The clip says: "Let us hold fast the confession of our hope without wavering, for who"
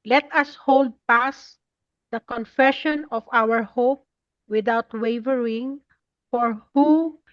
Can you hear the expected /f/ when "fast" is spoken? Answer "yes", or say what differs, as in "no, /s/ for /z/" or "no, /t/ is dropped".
no, /p/ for /f/